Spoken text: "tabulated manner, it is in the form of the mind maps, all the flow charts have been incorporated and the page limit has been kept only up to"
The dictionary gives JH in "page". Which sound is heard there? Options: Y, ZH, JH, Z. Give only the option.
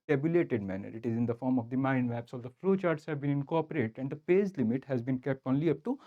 Z